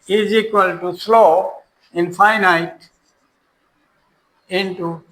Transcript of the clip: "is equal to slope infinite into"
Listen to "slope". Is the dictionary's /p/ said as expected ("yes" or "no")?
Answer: no